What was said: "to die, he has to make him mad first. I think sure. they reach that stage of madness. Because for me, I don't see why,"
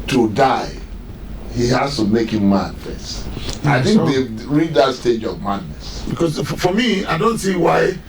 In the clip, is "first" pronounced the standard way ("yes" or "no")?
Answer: no